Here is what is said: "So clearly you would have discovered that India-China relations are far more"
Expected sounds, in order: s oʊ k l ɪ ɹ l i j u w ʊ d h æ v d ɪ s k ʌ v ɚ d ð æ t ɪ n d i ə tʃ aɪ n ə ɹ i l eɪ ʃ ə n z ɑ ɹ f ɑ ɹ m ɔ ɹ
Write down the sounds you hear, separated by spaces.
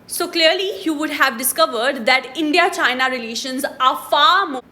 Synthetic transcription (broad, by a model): s oʊ k l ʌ ɹ l i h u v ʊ d h æ v d ɪ s k ʌ v ɚ d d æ t ɪ n d i ə tʃ aɪ n ə ɹ i l eɪ ʃ ə n z ɑ ɹ f ɑ ɹ m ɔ